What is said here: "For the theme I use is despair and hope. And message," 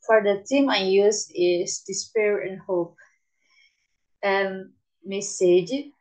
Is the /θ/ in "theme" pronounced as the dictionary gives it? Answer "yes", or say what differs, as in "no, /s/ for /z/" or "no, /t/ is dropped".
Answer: no, /t/ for /θ/